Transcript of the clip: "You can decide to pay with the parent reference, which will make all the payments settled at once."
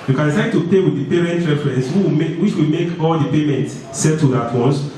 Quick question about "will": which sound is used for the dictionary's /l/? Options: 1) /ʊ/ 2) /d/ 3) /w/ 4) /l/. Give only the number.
3